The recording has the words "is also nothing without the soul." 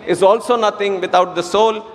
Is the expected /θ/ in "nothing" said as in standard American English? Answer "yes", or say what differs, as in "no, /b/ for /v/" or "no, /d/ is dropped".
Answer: no, /t/ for /θ/